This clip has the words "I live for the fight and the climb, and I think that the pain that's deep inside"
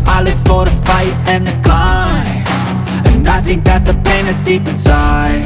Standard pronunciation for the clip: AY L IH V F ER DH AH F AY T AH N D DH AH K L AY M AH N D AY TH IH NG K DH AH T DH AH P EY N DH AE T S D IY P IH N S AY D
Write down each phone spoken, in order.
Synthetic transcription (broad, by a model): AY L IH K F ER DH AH F AY T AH N DH AH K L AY AH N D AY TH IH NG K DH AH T DH AH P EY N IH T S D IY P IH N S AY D